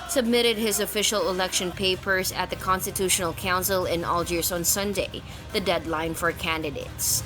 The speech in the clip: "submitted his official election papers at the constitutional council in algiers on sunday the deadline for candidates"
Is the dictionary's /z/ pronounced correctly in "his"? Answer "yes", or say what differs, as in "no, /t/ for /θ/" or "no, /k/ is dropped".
yes